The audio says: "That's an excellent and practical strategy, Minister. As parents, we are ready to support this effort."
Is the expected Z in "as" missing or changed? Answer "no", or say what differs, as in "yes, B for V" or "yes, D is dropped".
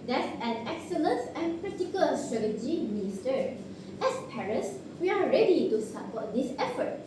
yes, S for Z